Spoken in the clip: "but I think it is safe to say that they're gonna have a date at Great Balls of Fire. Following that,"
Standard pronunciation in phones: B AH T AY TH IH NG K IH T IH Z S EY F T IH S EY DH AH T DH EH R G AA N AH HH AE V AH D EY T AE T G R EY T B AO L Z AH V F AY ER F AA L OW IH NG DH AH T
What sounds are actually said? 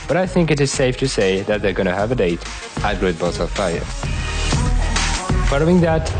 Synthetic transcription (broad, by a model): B AH T AY TH IH NG K IH T IH Z S EY F T IH S EY DH AH T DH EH R G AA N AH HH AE V AH D EY T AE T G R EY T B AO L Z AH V F AY ER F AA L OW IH NG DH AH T